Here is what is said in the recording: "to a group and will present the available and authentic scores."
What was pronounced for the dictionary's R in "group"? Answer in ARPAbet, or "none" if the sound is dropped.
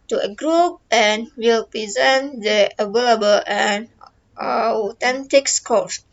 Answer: R